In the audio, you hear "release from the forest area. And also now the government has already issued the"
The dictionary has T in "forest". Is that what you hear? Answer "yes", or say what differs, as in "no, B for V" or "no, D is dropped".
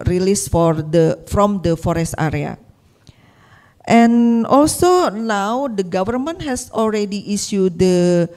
yes